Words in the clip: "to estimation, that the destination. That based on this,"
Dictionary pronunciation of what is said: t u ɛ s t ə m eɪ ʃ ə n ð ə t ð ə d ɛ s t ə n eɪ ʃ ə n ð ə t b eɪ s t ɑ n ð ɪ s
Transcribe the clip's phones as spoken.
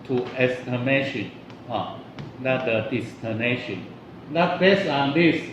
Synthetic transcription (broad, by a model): t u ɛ s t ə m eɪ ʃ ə n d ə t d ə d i s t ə n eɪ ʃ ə n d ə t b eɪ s ɑ n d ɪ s